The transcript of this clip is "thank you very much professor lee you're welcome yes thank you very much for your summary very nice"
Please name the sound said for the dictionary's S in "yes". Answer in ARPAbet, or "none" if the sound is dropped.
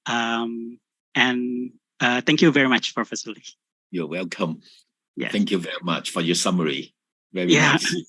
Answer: TH